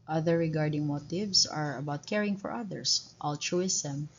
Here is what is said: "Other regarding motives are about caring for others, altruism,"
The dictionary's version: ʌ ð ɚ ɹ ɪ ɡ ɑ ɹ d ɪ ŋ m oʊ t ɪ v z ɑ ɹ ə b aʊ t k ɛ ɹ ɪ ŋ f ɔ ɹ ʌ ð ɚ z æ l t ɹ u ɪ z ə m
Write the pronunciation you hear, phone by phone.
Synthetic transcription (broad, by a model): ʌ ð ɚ ɹ ɪ ɡ ɑ ɹ d ɪ ŋ m oʊ t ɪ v s ɑ ɹ ə b aʊ t k ɛ ɹ ɪ ŋ f ɔ ɹ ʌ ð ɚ s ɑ l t ɹ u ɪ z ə m